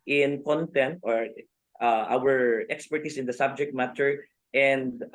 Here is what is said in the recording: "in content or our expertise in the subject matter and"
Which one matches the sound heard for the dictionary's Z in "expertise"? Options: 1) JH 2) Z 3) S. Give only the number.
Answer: 3